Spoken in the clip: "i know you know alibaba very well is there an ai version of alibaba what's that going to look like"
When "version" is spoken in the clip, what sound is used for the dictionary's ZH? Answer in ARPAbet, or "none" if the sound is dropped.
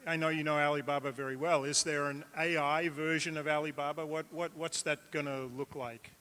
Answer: ZH